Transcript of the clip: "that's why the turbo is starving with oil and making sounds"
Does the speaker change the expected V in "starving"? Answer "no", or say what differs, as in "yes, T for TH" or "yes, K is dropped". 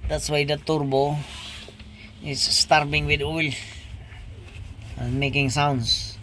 yes, B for V